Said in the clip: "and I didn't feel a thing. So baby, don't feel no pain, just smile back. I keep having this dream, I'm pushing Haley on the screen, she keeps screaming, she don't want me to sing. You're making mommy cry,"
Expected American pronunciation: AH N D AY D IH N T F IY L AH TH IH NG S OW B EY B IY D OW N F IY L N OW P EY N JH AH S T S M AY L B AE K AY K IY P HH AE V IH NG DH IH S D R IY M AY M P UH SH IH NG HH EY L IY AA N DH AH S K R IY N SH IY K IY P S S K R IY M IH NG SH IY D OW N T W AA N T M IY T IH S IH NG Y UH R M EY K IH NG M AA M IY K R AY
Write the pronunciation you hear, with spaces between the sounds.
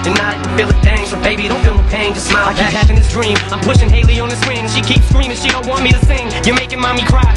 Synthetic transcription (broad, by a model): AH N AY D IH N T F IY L AH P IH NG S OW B EY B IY D OW N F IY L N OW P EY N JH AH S S M AY L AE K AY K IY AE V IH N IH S D R IY M AY M P UH SH IH NG HH EY L IY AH N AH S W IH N SH IY K IY P S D R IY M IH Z SH IY D OW N T W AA N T M IY T IH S IH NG Y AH R M EY K IH NG M AA M IY K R AY